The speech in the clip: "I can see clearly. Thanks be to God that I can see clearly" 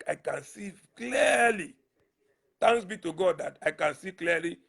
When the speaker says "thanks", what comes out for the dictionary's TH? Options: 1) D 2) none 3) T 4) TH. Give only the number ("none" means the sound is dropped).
3